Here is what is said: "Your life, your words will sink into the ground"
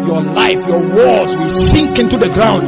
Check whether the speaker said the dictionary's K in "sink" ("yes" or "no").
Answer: yes